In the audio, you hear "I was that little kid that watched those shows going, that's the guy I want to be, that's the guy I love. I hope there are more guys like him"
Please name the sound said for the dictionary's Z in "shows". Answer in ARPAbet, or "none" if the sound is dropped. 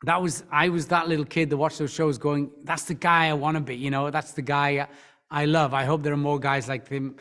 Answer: Z